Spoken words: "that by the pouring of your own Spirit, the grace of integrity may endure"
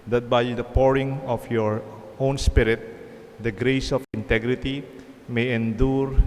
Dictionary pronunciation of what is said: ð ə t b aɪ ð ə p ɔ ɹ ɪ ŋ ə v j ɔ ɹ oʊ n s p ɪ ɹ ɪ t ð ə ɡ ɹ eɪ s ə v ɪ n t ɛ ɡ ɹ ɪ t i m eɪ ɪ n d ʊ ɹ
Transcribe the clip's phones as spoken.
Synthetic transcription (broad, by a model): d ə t b aɪ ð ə p ɔ ɹ ɪ ŋ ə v j ɔ ɹ oʊ n s p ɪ ɹ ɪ t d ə ɡ ɹ eɪ s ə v ɪ n t ɛ ɡ ɹ ɪ t i m eɪ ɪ n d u ɹ